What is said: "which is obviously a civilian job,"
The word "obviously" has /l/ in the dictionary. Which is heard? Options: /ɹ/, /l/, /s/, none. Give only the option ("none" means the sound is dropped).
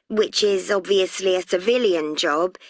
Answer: /l/